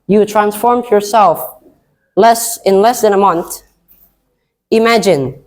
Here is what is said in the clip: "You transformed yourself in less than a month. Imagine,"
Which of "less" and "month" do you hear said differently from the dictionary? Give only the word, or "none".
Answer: none